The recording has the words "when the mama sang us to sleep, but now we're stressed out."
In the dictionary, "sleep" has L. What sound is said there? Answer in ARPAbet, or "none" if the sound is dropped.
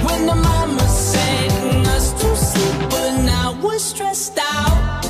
none